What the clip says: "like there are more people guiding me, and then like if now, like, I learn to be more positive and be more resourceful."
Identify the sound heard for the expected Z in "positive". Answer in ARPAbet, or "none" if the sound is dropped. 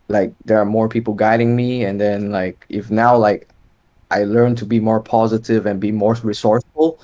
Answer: Z